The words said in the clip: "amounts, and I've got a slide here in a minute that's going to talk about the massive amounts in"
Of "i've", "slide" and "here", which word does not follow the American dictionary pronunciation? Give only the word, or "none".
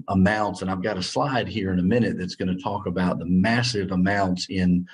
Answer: none